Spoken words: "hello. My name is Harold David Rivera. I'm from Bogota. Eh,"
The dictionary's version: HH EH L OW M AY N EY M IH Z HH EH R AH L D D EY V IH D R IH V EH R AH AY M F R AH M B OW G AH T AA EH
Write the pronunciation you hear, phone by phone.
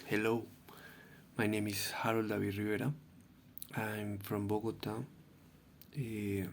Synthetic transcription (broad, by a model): HH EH L OW M AY N EY M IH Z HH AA R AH L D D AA B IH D R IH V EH R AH AY M F R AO M B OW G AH T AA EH